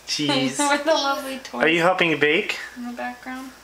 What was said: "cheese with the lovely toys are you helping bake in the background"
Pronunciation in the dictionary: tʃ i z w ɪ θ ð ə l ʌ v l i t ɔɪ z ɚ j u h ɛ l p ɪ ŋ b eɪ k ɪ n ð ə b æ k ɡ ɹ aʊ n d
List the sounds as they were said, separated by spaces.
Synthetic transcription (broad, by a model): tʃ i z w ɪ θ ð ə l ʌ v l i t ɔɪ ɚ j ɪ h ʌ p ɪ ŋ b eɪ k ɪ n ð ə b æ k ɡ ɹ aʊ n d